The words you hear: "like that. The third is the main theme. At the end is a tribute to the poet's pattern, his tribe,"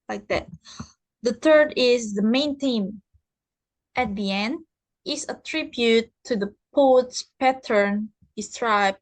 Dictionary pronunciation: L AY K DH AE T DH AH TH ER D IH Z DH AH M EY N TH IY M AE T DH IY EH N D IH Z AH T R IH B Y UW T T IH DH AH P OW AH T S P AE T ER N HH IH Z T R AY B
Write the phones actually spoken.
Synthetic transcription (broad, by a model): L AY K DH AE T DH AH TH ER D IH Z DH AH M EY N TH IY M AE T DH IY EH N D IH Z AH T R IH B Y UW T T IH DH AH P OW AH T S P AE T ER N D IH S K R AY B